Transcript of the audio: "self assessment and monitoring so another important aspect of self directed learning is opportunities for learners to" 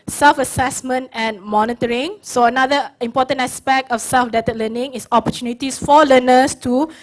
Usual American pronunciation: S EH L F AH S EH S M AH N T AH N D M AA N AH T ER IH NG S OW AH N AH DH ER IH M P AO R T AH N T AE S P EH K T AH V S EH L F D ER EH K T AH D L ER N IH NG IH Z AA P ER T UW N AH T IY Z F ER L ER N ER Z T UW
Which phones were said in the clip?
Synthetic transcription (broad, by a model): S EH L F AH S EH S M AH N T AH N M AA N AH T ER IH NG S OW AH N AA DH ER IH M P AO T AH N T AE S P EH K T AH F S EH L F D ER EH T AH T L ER N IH NG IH S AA P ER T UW N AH T IY S F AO L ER N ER S T UW